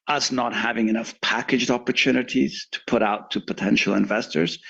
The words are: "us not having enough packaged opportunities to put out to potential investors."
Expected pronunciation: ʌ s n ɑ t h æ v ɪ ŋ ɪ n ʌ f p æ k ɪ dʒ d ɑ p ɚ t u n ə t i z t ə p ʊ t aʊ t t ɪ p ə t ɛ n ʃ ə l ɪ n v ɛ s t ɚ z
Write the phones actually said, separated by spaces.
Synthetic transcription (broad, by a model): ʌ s n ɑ t h æ v ɪ ŋ ɪ n ʌ f p æ k ɪ dʒ d ɑ p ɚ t u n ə t i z t ə p ʊ t aʊ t t ɪ p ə t ɛ n ʃ l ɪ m v ɛ s t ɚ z